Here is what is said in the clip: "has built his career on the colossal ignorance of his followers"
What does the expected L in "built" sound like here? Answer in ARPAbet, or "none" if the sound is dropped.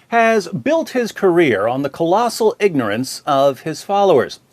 L